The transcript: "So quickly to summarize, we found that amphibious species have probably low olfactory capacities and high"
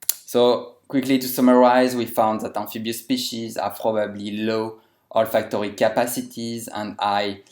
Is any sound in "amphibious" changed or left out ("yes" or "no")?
yes